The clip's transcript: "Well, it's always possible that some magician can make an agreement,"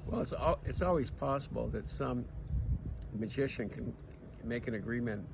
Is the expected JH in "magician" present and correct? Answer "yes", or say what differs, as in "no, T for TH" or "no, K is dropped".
yes